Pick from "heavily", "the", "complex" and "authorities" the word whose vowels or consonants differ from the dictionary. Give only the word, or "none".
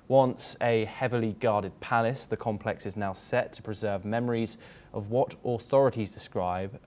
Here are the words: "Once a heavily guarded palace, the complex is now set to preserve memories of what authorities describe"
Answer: none